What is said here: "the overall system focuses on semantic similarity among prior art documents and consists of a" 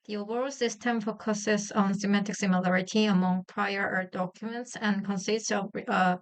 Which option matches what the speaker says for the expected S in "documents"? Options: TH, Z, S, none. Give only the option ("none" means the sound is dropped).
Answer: S